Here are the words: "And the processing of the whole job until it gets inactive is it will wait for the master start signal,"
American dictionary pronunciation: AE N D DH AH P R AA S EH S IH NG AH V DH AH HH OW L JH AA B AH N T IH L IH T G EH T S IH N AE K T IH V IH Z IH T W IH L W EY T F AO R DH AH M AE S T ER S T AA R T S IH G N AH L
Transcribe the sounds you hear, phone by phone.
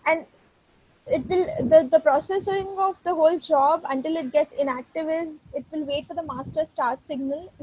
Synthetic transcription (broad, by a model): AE N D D AH P R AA S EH S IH NG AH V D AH HH OW L JH AA B AH N T IH L IH T G EH T S IH N AE K T IH V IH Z IH T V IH L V EY T F AO R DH AH M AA S T ER S T AA R T S IH G N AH L